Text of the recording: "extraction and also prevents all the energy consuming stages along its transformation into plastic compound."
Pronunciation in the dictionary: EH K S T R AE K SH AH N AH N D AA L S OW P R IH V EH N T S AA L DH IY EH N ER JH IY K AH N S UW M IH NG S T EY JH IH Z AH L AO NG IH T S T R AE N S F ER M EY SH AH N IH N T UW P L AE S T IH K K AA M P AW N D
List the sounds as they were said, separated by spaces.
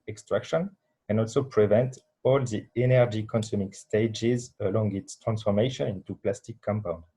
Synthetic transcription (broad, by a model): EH K S T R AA K SH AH N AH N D AA L S OW P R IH V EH N T AA L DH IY EH N ER JH IY K AH N S UW M IH NG S T EY JH IH Z AH L AO NG IH T S T R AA N S F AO M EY SH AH N IH N T UW P L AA S T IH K K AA M P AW N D